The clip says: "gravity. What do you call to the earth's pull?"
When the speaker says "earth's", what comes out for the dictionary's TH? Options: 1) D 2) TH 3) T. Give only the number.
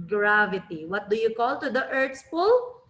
3